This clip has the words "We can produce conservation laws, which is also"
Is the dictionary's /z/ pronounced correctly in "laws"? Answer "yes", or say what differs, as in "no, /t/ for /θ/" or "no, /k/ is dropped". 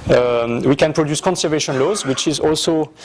yes